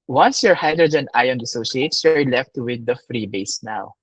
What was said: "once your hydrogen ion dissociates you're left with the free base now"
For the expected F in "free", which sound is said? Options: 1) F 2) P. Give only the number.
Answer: 1